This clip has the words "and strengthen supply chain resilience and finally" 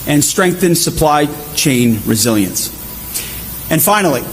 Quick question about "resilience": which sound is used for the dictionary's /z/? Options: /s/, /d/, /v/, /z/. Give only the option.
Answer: /z/